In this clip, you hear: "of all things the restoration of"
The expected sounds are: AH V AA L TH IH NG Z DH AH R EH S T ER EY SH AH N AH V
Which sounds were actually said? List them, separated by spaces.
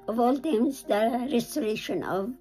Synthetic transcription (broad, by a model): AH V AA L T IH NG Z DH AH R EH S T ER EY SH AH N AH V